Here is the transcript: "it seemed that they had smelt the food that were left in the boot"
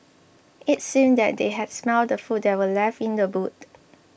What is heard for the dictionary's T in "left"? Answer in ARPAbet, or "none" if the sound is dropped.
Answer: none